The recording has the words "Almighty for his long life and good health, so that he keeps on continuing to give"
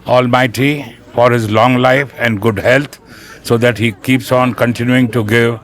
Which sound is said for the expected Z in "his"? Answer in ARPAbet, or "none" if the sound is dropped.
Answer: Z